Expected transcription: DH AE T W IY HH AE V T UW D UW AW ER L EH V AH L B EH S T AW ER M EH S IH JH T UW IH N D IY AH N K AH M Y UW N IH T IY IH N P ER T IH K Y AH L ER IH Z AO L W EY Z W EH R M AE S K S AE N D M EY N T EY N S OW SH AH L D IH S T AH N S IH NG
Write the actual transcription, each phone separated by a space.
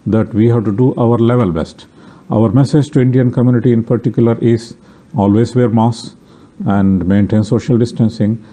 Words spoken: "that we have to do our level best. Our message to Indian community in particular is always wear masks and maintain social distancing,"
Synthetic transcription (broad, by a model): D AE T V IY HH AE V T UW D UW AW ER L EH V AH L B EH S T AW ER M EH S IH JH T UW IH N D IY AH N K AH M Y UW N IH T IY IH N P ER T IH K Y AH L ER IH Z AO L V EY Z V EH R M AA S S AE N D M EY N T EY N S OW SH AH L D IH S T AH N S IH NG